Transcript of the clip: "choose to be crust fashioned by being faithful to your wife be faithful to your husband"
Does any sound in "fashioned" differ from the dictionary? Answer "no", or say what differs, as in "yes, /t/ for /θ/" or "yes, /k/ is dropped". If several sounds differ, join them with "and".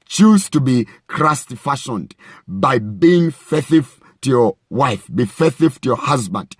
no